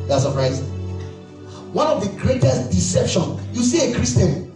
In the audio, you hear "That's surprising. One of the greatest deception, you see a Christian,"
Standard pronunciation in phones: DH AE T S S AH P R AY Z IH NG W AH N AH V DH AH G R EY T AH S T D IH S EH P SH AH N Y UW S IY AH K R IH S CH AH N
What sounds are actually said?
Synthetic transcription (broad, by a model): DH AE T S S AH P R AY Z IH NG W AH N AH V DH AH G R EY T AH S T D IH S EH P SH AH N Y UW S IY AH K R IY S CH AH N